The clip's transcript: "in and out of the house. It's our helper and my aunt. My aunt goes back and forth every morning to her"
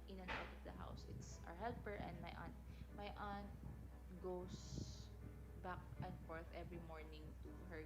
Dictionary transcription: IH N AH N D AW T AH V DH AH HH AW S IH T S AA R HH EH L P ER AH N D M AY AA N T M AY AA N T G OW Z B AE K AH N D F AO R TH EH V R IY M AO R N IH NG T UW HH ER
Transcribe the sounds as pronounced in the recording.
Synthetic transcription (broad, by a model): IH N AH N AW T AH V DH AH HH AW S IH T S AA R HH EH L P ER AH N D M AY AA N T M AY AA N T G OW S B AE K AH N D F AO R TH EH V R IY M AO R N IH NG T UW HH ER